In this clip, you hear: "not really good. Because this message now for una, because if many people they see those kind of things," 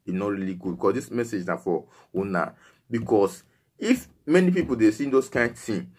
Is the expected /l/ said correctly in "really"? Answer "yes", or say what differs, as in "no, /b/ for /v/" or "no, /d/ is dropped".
yes